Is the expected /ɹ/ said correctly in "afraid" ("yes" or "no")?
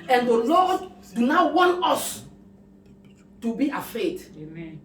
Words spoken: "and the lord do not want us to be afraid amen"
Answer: no